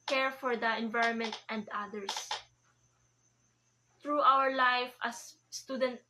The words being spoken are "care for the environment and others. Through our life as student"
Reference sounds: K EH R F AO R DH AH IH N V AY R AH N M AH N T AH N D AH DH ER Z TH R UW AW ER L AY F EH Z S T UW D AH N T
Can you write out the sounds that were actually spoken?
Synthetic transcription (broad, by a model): K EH R F AO R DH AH IH N V AY R AH N M AH N T AH N D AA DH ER S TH R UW AW ER L AY F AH S T UW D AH N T